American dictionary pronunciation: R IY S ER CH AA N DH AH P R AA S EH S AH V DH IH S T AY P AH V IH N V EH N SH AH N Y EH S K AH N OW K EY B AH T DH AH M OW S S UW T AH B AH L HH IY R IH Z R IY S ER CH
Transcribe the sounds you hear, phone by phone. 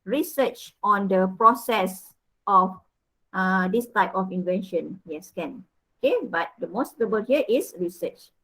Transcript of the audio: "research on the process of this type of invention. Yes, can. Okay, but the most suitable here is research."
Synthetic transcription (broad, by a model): R IY S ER CH AA N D AH P R AA S EH S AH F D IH S T AY P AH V IH N V EH N SH AH N Y EH S K AH N OW K EY B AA T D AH M OW S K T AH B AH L HH IY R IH S R IY S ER CH